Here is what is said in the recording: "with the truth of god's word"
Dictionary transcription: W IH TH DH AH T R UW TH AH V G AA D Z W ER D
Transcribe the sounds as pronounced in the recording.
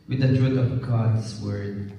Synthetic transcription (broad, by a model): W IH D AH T R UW T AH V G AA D S W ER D